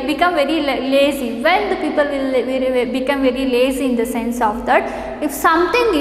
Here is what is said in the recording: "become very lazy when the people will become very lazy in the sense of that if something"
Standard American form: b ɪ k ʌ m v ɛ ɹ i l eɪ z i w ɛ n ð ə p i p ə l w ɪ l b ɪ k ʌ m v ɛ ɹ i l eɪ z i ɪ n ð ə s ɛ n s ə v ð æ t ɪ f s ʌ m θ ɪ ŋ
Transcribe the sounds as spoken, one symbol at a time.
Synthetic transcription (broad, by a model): b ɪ k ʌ m v ɛ ɹ i l eɪ z i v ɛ n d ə p i p ə l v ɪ l b ɪ k ʌ m v ɛ ɹ i l eɪ z i ɪ n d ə s ɛ n s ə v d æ t ɪ f s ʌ m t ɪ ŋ